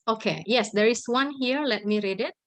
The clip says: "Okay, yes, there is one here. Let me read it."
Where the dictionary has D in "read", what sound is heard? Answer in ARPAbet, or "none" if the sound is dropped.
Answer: D